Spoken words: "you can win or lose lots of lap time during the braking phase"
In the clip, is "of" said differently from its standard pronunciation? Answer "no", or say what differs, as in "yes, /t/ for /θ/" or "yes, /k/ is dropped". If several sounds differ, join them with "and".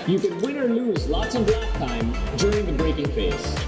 yes, /b/ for /v/